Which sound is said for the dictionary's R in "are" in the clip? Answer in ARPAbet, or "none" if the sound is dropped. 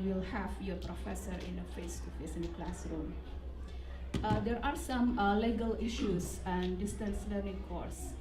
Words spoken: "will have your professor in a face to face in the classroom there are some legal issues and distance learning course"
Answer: R